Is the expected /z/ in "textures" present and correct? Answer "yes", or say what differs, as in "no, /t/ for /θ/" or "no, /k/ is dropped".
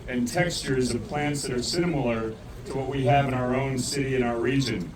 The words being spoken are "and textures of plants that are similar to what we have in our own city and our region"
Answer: yes